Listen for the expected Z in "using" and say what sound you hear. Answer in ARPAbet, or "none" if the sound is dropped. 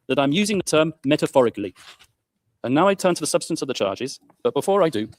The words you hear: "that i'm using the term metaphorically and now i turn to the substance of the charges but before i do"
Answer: Z